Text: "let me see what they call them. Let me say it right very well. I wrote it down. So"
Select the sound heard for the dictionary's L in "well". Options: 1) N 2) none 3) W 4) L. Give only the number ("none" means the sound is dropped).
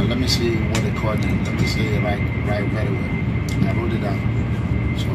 1